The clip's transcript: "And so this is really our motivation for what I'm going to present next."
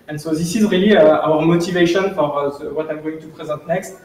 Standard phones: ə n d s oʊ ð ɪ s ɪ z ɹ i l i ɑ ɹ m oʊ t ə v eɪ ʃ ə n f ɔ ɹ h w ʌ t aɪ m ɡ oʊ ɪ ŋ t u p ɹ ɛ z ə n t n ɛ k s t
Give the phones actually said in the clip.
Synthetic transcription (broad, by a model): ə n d s oʊ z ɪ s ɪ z ɹ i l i ɑ ɹ m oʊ t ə v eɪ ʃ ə n f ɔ ɹ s w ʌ t aɪ m ɡ oʊ ɪ ŋ t u p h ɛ z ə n t n ɛ k s t